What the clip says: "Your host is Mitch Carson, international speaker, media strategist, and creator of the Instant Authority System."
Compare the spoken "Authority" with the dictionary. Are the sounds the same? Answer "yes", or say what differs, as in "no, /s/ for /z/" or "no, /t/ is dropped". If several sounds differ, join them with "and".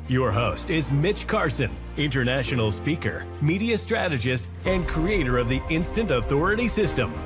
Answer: yes